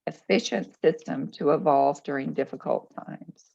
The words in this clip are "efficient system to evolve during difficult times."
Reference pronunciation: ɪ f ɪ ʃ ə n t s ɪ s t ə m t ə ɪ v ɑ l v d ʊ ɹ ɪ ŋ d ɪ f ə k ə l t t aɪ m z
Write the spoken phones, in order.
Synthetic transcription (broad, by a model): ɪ f ɪ ʃ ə n t s ɪ s t ə m t ə ɪ v ɑ l v d ʊ ɹ ɪ ŋ d ɪ f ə k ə l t t aɪ m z